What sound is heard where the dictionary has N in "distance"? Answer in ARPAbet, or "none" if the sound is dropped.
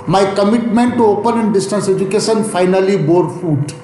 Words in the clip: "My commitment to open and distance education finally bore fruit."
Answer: N